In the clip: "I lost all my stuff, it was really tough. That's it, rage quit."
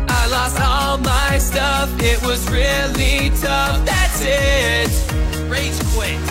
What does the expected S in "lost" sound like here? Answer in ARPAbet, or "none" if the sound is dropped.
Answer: S